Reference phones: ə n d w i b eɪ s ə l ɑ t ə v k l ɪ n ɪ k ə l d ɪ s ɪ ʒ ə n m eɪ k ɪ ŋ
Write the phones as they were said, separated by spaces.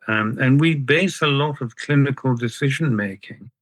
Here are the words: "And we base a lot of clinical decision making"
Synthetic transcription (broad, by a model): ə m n w i b eɪ s ə l ɑ t ə v k l ɪ n ɪ k ə l d ɪ s ɪ ʒ ə n m eɪ k ɪ ŋ